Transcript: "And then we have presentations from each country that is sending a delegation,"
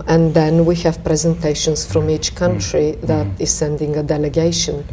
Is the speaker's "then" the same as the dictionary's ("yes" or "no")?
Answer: yes